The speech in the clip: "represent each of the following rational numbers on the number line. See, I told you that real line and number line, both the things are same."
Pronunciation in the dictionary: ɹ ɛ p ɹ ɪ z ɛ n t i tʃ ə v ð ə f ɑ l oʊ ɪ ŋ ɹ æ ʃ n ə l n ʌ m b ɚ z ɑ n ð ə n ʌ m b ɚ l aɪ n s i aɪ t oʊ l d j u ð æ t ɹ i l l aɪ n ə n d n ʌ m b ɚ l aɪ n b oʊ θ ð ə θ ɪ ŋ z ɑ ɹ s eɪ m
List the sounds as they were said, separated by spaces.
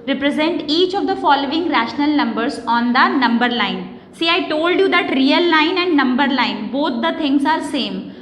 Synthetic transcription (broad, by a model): ɹ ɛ p ɹ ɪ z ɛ n t i tʃ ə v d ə f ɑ l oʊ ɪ ŋ ɹ æ ʃ n ə l n ʌ m b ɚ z ɑ n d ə n ʌ m b ɚ l aɪ n s i aɪ t oʊ l d j u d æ t ɹ i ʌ l aɪ n ə n d n ʌ m b ɚ l aɪ n b oʊ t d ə t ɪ ŋ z ɑ ɹ s eɪ m